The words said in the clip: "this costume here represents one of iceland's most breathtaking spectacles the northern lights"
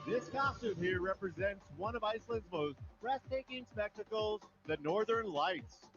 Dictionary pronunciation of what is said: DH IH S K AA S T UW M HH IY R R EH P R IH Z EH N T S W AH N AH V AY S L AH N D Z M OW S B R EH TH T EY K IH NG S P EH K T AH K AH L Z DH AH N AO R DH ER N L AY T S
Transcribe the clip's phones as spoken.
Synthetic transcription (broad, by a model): DH IH S K AA S T UW M HH IY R R EH P R IH Z EH N T S W AH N AH V AY S L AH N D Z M OW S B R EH S T EY K IH NG S P EH K T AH K L Z DH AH N AO R DH ER N L AY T S